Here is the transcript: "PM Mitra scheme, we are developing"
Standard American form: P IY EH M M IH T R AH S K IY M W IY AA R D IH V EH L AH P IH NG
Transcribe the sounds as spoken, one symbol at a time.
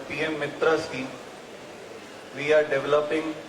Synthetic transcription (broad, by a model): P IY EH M M IH T R AH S IY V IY AA R D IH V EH L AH P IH NG